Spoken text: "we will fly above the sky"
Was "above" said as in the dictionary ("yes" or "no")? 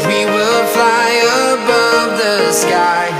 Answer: yes